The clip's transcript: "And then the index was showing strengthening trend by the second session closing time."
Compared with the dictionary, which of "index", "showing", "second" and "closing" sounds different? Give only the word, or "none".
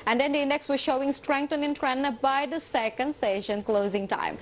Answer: none